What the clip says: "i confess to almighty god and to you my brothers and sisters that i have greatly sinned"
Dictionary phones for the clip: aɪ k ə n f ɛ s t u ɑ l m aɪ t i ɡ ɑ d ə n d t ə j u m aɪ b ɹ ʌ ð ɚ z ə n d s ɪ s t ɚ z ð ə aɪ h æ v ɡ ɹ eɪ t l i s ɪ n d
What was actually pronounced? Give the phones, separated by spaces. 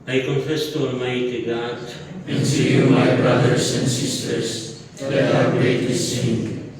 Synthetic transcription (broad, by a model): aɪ k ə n f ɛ s t u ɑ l m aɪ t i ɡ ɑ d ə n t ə j u m aɪ b ɹ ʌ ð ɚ s ə n d s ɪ s t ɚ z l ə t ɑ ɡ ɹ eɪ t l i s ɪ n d